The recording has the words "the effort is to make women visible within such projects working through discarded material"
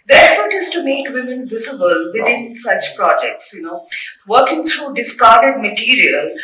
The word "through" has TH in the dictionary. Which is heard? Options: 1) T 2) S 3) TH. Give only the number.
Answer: 1